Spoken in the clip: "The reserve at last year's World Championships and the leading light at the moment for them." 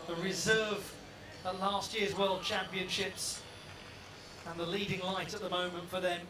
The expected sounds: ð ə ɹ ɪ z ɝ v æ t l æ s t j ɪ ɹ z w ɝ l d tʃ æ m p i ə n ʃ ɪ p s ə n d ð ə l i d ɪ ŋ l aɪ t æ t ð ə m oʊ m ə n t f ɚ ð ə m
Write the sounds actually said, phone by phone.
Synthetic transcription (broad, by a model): ð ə ɹ ɪ z ɝ v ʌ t l æ s t j ɪ ɹ z w ɝ l d tʃ æ m p i ə n ʃ ɪ p s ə n ð ə l i d ɪ ŋ l aɪ t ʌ t ð ə m oʊ m ə n t f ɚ ð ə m